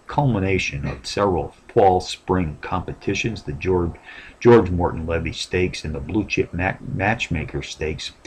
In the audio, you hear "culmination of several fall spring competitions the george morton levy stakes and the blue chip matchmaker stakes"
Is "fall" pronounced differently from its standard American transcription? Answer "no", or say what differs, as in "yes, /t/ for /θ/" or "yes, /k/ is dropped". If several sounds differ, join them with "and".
yes, /p/ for /f/